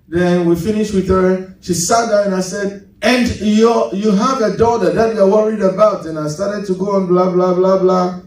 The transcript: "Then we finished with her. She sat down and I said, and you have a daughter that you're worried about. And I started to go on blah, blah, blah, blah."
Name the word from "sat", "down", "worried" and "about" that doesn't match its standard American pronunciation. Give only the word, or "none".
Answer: down